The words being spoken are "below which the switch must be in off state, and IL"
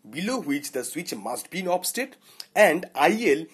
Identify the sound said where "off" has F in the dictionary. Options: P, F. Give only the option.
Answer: P